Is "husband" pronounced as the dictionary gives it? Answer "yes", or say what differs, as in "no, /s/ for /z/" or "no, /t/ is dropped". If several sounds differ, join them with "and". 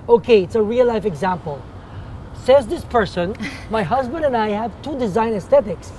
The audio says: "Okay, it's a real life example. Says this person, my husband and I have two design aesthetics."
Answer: yes